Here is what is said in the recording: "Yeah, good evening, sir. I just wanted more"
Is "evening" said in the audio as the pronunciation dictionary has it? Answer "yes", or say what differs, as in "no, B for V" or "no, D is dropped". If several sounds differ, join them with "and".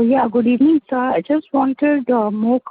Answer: no, V is dropped